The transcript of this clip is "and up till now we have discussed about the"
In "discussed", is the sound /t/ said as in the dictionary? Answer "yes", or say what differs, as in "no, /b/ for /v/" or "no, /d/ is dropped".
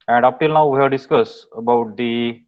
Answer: no, /t/ is dropped